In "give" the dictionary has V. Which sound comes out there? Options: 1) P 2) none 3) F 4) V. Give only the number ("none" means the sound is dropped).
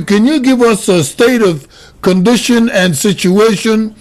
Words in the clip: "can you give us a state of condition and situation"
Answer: 4